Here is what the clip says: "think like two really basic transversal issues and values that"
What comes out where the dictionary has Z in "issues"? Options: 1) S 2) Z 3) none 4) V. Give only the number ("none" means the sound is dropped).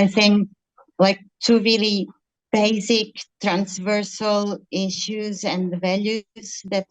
2